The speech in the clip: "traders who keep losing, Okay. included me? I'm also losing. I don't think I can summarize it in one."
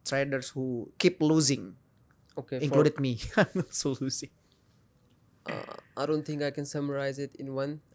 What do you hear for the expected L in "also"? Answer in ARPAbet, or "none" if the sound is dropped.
none